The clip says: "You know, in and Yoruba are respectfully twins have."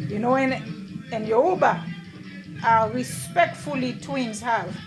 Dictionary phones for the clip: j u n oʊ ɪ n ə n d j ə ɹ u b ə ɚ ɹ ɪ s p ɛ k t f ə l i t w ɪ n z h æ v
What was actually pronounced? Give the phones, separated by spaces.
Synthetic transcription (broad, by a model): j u n oʊ ɪ n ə n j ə u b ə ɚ ɹ ɪ s p ɛ k t f ə l i t w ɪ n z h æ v